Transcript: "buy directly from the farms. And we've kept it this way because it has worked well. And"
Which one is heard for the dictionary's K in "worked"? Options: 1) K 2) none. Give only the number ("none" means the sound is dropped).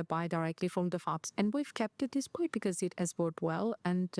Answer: 2